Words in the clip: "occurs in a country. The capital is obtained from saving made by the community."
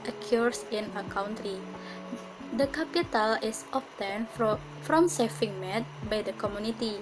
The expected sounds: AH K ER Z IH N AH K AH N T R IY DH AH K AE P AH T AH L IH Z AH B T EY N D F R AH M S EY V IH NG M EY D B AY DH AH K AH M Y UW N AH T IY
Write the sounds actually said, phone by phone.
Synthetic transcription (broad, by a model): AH K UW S IH N AH K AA N T R IY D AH K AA P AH T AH L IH S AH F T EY N F R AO M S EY F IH NG M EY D B AY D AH K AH M Y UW N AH T IY